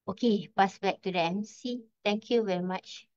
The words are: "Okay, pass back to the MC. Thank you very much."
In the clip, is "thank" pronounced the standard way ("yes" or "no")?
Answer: no